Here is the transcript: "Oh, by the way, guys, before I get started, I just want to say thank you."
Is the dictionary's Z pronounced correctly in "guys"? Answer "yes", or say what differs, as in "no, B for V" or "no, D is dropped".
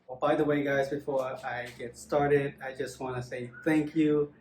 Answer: yes